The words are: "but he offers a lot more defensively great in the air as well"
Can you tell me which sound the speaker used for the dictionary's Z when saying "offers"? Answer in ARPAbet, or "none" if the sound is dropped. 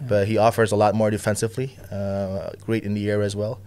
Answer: Z